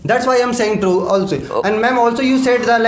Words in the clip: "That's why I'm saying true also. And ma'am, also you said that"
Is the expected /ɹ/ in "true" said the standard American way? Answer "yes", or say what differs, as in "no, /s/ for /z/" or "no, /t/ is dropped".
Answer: yes